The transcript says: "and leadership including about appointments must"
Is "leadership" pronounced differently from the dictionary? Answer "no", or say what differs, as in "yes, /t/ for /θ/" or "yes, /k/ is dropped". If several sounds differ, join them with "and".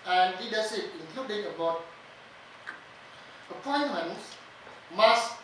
yes, /s/ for /ʃ/